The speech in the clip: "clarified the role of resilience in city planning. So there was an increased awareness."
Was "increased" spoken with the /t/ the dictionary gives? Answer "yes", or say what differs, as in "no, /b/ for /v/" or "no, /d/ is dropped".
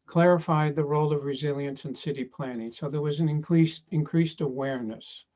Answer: yes